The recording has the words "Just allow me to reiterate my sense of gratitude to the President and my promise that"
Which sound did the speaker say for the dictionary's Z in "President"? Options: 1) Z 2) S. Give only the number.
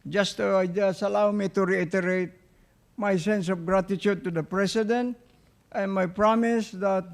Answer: 2